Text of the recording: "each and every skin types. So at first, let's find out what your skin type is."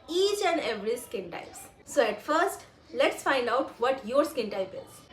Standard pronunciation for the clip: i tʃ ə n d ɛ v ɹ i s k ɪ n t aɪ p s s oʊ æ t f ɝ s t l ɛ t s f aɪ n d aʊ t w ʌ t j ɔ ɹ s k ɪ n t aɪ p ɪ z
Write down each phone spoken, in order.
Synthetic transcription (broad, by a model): i tʃ ə n d ɛ v ɹ i s k ɪ n t aɪ p s s oʊ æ t f ɝ s t l ɛ t s f aɪ n d aʊ t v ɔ t j ɔ ɹ s k ɪ n t aɪ p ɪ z